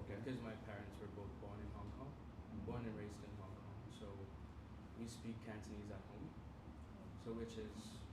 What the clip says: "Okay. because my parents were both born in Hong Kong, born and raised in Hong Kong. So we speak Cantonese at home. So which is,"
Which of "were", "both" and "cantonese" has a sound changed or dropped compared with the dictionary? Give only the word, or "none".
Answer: none